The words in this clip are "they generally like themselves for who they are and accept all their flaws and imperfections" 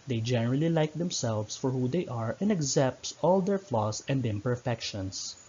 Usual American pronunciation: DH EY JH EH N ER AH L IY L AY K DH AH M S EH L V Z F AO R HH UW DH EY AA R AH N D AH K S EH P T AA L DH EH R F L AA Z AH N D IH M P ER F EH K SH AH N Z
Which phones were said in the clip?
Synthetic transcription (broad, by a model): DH EY JH EH N ER AH L IY L AY K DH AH M S EH L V S F AO R HH UW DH EY AA R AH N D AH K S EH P T AA L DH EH R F L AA S AH N D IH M P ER F EH K SH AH N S